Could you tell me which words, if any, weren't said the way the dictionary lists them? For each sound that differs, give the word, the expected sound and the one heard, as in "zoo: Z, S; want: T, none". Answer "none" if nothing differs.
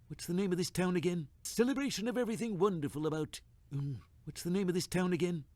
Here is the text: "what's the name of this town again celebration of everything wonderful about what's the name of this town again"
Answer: none